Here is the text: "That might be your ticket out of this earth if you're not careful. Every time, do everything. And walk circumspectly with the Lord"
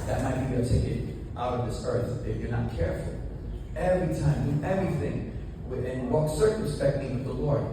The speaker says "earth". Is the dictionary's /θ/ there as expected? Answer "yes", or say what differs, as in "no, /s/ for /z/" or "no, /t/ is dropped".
yes